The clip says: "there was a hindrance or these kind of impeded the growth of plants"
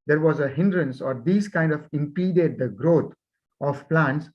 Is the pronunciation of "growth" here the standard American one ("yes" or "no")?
no